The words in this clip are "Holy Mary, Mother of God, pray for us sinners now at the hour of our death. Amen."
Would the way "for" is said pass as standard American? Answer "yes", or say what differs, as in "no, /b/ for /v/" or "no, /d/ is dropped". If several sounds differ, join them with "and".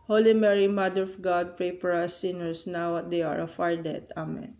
no, /p/ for /f/